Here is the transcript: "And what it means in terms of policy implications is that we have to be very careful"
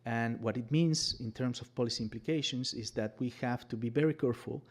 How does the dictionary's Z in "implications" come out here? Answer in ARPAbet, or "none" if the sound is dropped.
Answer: S